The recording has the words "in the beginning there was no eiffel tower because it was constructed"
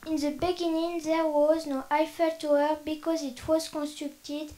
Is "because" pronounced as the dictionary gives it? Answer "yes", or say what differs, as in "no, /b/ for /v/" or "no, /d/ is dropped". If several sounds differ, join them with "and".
yes